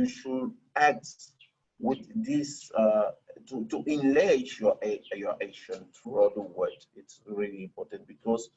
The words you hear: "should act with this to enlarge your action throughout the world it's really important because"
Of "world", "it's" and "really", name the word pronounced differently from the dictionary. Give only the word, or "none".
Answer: world